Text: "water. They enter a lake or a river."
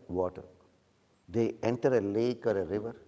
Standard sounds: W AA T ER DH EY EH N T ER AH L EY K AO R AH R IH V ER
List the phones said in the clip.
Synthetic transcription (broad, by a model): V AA T ER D EY EH N T ER AH L EY K AO R AH R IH V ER